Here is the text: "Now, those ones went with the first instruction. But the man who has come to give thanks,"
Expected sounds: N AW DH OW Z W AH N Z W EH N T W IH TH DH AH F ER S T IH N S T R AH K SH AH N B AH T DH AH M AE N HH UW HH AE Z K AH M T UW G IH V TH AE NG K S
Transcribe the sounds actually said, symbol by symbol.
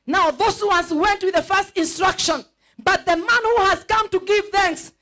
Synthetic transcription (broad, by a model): N AW DH OW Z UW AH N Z W EH N T W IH DH AH F ER S T IH N S T R AH K SH AH N B AH T DH AH M AE N HH UW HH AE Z K AH M T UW G IH V TH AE NG K S